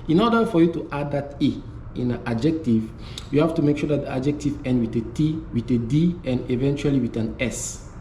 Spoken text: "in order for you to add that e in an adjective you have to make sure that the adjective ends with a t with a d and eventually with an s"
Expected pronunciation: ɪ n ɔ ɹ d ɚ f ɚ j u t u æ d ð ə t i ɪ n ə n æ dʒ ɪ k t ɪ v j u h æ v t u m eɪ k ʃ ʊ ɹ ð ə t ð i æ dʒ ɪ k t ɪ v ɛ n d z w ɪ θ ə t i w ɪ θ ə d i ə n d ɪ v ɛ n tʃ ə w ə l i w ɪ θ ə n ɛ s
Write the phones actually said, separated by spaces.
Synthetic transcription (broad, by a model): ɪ n ɔ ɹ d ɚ f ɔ j u t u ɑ d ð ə t i ɪ n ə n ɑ dʒ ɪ k t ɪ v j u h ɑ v t u m eɪ k ʃ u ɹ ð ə t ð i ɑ dʒ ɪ k t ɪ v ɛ n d w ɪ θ ə t i w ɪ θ ə d i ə n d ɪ v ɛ n tʃ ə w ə l i w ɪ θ ə n ɛ s